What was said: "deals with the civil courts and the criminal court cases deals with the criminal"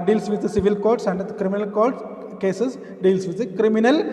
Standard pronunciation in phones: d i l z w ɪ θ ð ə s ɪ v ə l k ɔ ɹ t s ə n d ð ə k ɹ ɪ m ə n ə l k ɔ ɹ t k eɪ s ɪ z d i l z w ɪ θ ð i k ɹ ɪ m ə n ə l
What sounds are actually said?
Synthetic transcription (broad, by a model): d i l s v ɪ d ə s ɪ v ə l k ɔ ɹ t s ə n d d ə k ɹ ɪ m ə n ə l k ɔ ɹ t k eɪ s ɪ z d i l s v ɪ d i k ɹ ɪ m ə n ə l